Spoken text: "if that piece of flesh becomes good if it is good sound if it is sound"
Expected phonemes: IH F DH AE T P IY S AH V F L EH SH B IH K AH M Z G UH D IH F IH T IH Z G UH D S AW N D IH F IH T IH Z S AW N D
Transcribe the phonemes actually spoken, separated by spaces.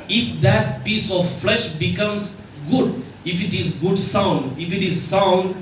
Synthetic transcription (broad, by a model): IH F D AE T P IY S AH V F L EH SH B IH K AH M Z G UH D IH F IH T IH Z G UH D S AW N D IH F IH T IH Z S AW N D